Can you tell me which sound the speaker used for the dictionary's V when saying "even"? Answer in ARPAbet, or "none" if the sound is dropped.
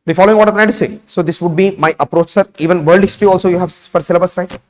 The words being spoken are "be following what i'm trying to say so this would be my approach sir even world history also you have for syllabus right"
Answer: V